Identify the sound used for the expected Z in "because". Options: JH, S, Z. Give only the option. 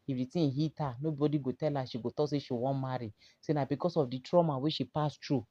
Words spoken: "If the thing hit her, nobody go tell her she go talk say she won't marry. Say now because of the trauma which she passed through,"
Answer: S